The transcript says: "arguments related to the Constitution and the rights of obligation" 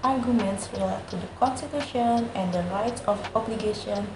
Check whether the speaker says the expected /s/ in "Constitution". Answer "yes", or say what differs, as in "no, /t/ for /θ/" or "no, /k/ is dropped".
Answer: yes